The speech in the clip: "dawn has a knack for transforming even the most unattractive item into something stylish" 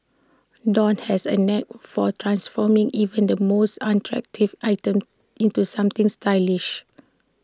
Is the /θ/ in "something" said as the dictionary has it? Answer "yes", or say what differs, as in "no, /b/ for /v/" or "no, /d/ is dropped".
no, /t/ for /θ/